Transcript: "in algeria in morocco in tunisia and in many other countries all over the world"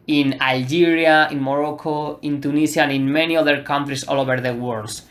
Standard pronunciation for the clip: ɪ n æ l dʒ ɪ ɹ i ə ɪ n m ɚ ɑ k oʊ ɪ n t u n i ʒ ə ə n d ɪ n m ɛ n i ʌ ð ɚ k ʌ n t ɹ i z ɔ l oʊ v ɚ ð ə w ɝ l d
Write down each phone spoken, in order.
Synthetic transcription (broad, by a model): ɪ n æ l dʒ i ɹ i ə ɪ n m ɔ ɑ k oʊ ɪ n t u n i s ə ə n ɪ n m ɛ n i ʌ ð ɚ k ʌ n t ɹ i s ɔ l oʊ b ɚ ð ə w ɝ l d